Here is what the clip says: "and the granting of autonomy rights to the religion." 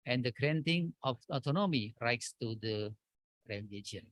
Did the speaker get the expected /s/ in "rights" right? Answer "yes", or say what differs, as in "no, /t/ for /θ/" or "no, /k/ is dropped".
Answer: yes